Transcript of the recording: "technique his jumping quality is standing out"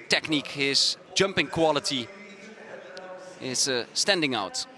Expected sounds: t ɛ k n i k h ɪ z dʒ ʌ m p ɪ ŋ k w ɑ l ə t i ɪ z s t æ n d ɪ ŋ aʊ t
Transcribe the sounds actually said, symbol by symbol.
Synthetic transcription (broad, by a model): t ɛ k n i k h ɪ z dʒ ʌ m p ɪ ŋ k w ɑ l ə t i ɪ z s t æ n d ɪ ŋ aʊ t